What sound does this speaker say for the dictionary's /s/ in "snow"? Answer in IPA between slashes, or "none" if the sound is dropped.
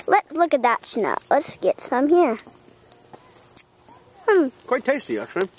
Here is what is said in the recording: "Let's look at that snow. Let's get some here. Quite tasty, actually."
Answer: /ʃ/